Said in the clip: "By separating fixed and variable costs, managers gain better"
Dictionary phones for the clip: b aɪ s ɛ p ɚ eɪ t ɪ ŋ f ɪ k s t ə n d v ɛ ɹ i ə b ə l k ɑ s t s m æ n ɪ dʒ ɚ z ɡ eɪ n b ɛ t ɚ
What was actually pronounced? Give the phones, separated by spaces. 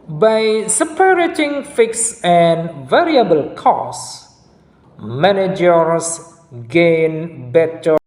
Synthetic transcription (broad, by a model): b aɪ s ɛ p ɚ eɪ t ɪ ŋ f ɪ k s ə n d v ɛ ɹ i ə b ə l k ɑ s s m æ n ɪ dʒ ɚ s ɡ eɪ n b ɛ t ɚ